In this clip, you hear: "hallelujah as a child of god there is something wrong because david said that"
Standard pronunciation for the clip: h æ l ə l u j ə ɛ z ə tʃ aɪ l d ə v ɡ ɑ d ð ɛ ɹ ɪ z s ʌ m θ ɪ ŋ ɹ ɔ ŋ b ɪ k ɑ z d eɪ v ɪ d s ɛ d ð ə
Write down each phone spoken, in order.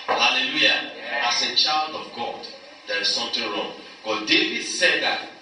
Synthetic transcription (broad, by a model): h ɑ l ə l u j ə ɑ s ə tʃ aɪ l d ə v ɡ ɑ d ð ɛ ɹ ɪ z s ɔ m t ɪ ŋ ɹ ɔ ŋ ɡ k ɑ d eɪ v ɪ d s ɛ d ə